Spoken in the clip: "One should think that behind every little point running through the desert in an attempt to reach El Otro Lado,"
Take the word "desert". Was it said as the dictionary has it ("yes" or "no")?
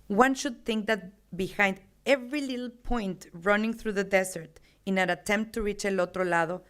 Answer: no